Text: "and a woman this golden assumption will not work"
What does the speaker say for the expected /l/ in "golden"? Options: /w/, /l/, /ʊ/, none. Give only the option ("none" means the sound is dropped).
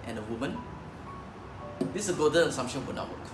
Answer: none